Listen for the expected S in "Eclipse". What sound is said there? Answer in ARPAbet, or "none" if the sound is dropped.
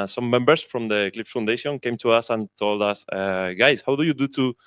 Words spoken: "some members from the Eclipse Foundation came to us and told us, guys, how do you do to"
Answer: none